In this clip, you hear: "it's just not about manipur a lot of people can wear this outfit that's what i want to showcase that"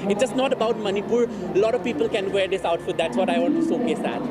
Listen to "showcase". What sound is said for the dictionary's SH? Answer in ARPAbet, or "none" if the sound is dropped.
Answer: S